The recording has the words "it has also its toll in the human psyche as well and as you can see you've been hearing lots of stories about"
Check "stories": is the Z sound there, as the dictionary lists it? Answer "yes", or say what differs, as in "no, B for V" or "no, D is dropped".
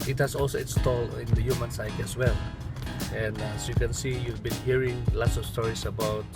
no, S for Z